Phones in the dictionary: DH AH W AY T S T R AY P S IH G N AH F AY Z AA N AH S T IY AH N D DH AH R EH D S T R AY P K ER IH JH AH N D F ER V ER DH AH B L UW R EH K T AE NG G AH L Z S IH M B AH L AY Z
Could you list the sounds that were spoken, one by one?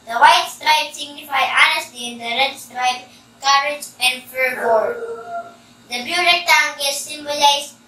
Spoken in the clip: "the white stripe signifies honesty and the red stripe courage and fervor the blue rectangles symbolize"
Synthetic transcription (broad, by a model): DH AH W AY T S T R AY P S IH G N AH F AY AA N AH S T IY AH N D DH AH R EH D S T R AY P K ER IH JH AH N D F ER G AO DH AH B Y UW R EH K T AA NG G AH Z S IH M B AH L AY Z